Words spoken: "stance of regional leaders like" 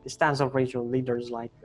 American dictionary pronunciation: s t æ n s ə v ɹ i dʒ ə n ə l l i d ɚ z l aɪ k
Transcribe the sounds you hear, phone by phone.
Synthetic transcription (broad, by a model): s t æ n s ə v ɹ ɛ ə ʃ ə l l i d ɚ z l aɪ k